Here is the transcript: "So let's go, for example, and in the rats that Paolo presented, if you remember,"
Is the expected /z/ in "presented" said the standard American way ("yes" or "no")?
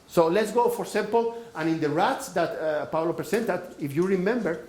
no